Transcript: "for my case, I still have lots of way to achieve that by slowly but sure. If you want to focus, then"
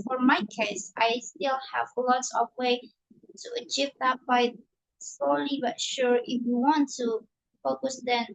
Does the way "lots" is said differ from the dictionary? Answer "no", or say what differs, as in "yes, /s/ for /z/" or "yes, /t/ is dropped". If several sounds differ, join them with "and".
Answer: no